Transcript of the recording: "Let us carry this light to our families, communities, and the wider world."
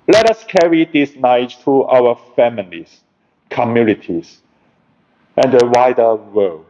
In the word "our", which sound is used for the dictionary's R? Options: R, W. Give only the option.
W